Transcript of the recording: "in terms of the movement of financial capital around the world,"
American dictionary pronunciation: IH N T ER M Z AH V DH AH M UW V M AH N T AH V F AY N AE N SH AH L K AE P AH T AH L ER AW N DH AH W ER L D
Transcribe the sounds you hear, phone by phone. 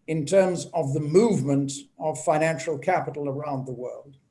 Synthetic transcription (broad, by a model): IH N T ER M Z AH V DH AH M UW V M AH N T AH V F AY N AE N SH L K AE P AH T L ER AW N DH AH W ER L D